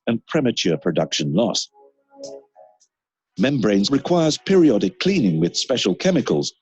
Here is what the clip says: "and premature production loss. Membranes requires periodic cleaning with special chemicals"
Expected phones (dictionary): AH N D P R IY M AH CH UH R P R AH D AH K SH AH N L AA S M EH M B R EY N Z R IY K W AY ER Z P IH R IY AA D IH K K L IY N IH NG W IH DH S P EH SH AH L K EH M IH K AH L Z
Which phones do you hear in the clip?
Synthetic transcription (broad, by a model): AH N P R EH M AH CH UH P R AH D AH K SH AH N L AA S M EH M B R EY N Z R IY K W AY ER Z P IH R IY AA D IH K K L IY N IH NG W IH DH S P EH SH AH L K EH M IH K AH L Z